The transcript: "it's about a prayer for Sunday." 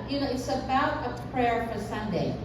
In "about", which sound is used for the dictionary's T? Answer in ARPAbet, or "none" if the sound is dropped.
T